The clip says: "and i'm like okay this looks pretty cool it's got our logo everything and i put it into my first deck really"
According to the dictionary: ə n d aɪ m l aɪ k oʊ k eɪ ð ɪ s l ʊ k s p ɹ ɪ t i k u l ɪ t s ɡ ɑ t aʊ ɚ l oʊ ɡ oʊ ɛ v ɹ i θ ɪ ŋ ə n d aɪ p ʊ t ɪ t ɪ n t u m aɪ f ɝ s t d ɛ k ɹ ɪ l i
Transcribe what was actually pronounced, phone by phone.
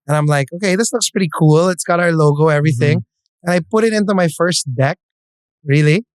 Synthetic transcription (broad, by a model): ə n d aɪ m l aɪ k oʊ k eɪ ð ɪ s l ʊ k s p ɹ ɪ t i k u l ɪ t s ɡ ɑ t aʊ ɚ l oʊ ɡ oʊ ɛ v ɹ i θ ɪ ŋ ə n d aɪ p ʊ t ɪ t ɪ n t u m aɪ f ɝ s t d ɛ k ɹ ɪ l i